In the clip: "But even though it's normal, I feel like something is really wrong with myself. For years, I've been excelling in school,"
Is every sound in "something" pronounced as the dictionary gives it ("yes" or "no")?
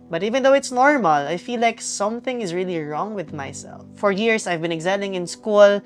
yes